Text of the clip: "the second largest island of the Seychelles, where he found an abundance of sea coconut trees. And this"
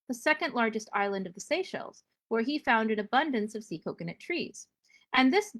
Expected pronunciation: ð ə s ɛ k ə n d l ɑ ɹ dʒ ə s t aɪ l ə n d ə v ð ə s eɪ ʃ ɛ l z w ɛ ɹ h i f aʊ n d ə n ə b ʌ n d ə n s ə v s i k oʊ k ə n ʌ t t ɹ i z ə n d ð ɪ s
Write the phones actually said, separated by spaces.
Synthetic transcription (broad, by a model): ð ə s ɛ k ə n d l ɑ ɹ dʒ ə s t aɪ l ə n d ə v ð ə s eɪ ʃ ɛ l z w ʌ ɹ i f aʊ n d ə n ə b ʌ n d ə n s ə v s i k oʊ k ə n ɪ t t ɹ i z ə n ð ɪ s